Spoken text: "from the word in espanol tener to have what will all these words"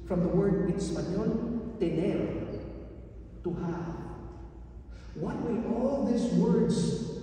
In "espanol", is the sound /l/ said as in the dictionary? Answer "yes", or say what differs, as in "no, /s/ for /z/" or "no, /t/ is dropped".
no, /n/ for /l/